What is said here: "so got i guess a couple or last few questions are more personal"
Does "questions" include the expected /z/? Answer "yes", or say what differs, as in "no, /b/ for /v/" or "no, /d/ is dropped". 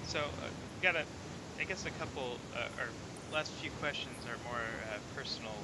yes